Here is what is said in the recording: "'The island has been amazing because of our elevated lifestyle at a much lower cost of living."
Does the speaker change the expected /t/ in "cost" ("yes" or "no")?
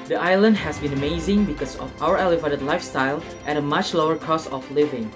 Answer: yes